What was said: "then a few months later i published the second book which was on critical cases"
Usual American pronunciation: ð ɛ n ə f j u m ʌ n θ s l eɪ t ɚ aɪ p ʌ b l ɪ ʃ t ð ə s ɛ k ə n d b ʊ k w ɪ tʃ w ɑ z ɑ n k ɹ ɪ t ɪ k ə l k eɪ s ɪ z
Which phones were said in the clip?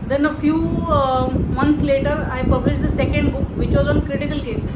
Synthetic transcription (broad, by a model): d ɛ n ə f j u m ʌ n t s l eɪ t ɚ aɪ p ʌ b l ɪ ʃ t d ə s ɛ k ə n d b ʊ k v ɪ tʃ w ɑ z ɑ n k ɹ ɪ t ɪ k ə l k eɪ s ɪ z